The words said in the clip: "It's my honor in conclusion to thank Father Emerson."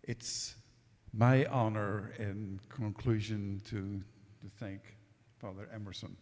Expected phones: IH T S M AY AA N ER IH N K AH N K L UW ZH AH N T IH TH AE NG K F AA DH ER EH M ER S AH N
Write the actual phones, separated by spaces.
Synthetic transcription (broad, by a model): IH T S M AY AA N ER IH N K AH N K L UW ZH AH N T IH TH AE NG K F AA DH ER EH M ER S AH N